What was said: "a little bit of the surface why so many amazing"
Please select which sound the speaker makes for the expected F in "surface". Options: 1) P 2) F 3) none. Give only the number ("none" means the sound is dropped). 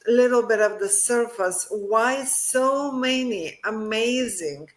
2